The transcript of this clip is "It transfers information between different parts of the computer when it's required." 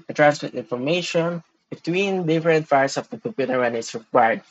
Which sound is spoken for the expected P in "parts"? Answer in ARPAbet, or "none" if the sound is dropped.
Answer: F